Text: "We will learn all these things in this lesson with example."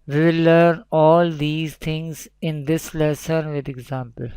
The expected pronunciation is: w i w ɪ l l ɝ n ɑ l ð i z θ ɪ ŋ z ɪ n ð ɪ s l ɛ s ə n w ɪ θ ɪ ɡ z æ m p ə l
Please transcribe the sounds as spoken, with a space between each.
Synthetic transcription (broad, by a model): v i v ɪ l l ɝ n ɑ l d i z t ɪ ŋ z ɪ n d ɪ s l ɛ s ə n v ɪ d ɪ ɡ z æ m p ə l